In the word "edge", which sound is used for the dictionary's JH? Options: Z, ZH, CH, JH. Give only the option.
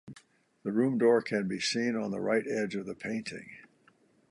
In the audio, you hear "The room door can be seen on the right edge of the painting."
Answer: JH